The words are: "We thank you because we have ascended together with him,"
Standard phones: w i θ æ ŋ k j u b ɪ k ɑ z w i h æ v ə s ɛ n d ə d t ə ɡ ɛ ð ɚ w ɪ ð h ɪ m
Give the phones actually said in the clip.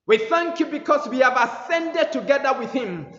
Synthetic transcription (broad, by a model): w i θ æ ŋ k j u b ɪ k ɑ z w i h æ v ə s ɛ n d ə d t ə ɡ ɛ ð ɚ w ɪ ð h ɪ m